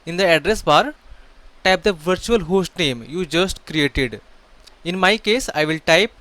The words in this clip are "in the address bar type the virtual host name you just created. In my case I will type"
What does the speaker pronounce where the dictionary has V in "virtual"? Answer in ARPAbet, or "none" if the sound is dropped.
V